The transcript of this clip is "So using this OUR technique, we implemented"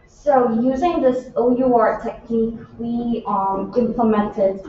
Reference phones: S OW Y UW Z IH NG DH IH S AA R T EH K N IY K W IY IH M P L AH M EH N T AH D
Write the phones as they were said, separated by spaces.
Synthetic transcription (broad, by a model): S OW Y UW Z IH NG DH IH S AA R T EH K N IY K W IY IH M P L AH M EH N T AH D